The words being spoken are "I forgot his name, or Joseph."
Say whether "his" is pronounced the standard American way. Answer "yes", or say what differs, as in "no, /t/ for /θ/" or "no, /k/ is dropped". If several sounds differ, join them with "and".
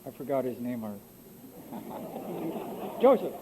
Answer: yes